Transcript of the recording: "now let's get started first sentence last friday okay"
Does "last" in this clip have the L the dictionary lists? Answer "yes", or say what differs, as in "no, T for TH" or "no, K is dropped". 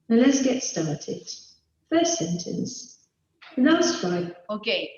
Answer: no, N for L